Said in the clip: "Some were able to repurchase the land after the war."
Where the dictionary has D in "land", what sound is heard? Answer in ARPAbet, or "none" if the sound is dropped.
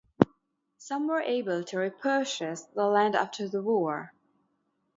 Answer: D